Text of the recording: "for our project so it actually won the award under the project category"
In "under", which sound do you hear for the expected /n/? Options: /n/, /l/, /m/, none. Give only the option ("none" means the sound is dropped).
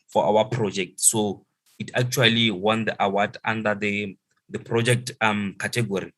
none